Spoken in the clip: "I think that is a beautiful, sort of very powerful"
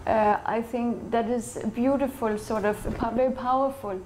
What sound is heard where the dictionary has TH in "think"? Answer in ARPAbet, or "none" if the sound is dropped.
TH